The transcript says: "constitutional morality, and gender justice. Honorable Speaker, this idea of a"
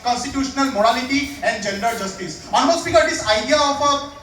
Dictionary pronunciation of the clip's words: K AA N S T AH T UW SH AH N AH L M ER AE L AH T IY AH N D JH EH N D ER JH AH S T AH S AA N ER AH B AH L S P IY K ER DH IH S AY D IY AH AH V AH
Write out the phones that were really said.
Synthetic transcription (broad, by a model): K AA N S T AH T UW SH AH N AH L M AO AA L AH T IY AH N D JH EH N D ER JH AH S T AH S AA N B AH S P IY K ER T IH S AY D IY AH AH P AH